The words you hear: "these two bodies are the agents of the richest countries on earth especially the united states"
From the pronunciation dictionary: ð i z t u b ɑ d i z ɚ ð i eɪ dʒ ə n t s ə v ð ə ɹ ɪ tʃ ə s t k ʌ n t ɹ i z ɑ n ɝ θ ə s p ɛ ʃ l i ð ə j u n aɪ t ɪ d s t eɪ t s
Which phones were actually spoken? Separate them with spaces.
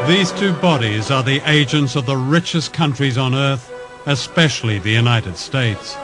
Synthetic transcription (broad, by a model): ð i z t u b ɑ d i z ɚ ð i eɪ dʒ ə n t s ə v ð ə ɹ ɪ tʃ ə s k ʌ n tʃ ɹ i z n ɝ θ ə s p ɛ ʃ l i ð ə j u n aɪ t ɪ d s t eɪ t s